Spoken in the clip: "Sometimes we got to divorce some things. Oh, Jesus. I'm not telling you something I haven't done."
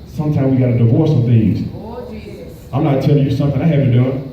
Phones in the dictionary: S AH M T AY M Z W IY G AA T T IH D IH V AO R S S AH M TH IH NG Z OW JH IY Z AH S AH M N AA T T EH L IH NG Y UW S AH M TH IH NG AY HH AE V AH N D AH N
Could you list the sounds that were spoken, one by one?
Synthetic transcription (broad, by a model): S AH M T AY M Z W IY G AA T T IH D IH V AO R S S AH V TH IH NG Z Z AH AH M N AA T T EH L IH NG Y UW S AH M TH IH NG AY HH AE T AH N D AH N